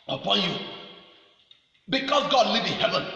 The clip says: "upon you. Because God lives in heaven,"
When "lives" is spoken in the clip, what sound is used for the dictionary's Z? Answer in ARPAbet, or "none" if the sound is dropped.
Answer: none